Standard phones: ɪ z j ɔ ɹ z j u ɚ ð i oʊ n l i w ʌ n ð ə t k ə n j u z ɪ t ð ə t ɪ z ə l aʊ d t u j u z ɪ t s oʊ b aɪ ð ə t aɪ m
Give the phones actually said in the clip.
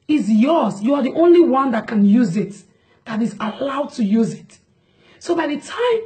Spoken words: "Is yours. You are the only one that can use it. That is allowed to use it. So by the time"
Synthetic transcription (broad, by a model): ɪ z j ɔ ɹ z j u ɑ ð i oʊ n l i w ʌ n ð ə t k ə n j u z ɪ t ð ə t ɪ z ə l aʊ d t u j u z ɪ t s oʊ b aɪ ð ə t aɪ m